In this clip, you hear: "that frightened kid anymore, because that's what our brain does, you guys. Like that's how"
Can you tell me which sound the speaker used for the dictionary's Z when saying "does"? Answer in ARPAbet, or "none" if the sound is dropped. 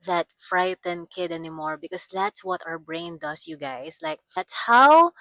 S